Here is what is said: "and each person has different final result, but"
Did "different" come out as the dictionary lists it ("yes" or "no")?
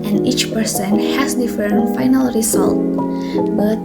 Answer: no